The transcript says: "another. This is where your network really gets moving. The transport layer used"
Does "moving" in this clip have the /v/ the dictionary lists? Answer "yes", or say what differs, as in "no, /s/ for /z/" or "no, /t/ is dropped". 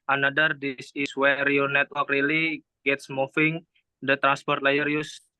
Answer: no, /f/ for /v/